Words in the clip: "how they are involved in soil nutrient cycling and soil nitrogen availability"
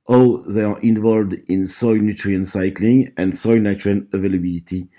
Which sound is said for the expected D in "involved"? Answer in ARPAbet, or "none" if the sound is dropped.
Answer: D